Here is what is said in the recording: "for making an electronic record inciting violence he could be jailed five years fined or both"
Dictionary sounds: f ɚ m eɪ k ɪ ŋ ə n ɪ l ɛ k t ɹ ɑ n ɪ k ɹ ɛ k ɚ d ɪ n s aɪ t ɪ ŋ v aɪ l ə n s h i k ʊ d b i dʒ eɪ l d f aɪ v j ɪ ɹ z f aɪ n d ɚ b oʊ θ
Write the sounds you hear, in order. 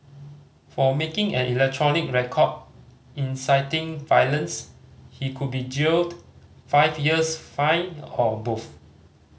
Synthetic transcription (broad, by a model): f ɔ m eɪ k ɪ ŋ ə n ɪ l ɛ k t ɹ ɑ n ɪ k ɹ ɛ k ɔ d ɪ n s aɪ t ɪ ŋ v aɪ l ə n s h i k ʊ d b i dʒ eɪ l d f aɪ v j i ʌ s f aɪ n ɔ b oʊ f